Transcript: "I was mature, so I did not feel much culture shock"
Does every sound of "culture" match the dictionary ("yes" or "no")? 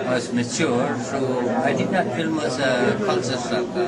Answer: no